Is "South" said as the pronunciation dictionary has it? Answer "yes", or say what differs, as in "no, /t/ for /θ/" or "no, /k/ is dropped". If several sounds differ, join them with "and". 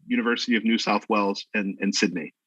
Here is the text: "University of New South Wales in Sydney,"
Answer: yes